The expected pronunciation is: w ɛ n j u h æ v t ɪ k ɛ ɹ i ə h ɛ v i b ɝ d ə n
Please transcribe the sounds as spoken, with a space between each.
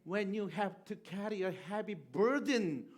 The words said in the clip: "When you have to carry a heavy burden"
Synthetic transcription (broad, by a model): w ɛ n j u h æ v t ɪ k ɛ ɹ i ə h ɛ p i b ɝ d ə n